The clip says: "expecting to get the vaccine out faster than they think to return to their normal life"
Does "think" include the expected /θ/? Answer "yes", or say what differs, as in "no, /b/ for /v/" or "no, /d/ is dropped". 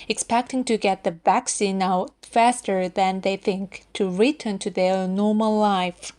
yes